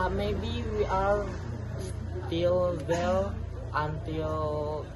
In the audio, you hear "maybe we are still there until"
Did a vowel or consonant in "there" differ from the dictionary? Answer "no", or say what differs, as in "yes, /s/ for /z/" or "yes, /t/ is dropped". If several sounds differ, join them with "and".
yes, /l/ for /ɹ/